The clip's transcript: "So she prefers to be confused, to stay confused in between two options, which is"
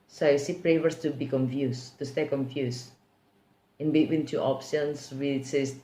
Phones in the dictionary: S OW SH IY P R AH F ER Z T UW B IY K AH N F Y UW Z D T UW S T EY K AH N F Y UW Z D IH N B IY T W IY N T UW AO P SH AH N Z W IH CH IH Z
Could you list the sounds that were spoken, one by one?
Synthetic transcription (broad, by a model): S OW S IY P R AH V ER S T UW B IY K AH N F Y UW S T UW S T EY K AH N F Y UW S IH N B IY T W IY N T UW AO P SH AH N S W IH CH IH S